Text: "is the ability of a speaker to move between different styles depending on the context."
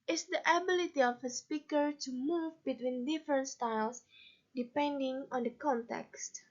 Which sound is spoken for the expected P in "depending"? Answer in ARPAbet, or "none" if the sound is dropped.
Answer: P